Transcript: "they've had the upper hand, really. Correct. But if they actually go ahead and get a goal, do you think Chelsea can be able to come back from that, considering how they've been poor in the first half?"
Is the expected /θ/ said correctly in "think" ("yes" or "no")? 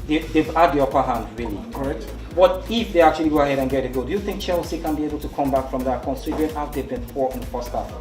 yes